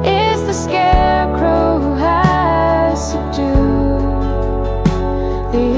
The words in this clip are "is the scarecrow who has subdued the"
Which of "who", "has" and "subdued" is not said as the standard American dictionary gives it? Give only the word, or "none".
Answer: subdued